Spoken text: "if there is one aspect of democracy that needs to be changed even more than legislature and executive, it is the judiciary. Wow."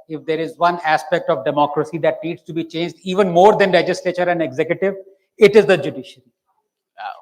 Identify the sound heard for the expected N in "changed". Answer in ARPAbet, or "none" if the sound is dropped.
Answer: N